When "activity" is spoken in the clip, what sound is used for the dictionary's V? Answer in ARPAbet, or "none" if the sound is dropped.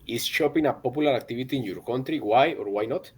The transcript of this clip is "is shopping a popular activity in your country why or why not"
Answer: B